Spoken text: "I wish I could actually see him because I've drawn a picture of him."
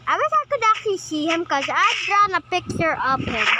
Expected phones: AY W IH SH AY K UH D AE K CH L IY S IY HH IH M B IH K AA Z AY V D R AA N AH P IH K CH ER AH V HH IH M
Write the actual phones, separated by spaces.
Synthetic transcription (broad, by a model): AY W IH S AY K UH D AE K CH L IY S IY HH IH M K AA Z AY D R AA N AH P IH K CH ER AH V HH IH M